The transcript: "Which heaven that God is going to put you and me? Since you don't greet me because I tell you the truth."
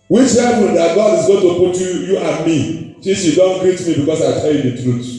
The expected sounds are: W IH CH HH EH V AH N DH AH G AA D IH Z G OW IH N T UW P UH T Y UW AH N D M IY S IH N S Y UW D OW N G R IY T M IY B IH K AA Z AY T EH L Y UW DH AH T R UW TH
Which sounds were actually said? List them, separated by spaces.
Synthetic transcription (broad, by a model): W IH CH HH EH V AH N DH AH G AA D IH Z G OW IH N T UW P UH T Y UW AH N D M IY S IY S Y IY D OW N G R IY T M IY B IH K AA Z AY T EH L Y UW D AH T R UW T